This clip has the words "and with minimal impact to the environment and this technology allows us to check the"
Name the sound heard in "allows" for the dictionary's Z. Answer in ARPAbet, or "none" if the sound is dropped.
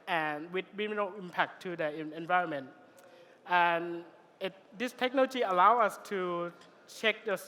none